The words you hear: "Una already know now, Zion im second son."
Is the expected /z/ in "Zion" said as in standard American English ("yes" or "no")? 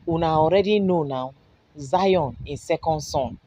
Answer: yes